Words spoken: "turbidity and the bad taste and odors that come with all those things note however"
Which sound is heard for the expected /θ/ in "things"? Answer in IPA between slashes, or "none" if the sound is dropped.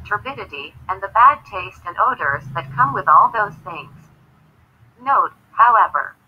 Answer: /θ/